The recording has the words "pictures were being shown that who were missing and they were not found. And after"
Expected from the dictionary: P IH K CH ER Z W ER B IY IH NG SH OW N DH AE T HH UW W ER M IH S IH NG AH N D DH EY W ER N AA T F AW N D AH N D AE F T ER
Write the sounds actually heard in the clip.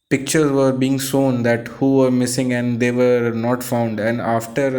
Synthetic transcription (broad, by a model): P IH K CH ER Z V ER B IY IH NG S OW N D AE T HH UW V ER M IH S IH NG AH N D EY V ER N AA T F AW N D AH N D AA F T ER